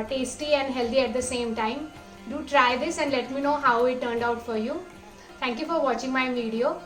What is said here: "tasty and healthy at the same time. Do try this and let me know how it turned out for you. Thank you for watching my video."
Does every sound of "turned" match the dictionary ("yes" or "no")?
yes